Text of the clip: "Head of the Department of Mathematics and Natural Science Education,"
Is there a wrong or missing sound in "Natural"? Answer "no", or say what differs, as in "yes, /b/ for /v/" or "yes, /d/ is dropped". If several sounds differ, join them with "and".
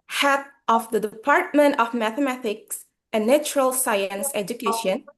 no